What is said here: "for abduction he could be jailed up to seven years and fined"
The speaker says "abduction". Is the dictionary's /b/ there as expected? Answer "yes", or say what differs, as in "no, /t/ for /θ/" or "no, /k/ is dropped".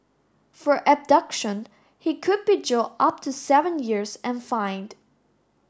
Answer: yes